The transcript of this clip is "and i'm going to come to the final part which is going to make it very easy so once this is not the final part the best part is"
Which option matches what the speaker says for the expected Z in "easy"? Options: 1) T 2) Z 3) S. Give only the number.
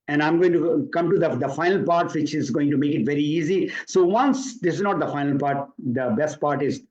2